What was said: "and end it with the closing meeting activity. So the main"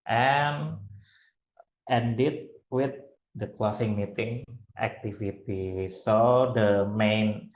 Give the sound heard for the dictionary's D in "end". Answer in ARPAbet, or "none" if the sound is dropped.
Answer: D